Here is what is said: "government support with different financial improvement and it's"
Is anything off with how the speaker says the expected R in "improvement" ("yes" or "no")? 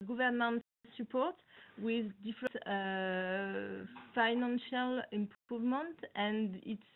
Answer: yes